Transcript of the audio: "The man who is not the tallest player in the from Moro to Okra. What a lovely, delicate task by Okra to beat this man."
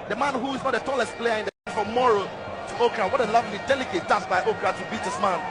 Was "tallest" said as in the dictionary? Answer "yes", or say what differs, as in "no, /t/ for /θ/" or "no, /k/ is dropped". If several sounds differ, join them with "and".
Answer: yes